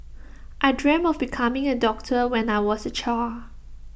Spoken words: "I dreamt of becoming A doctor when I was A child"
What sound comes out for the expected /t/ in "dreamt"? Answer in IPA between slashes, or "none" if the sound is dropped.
none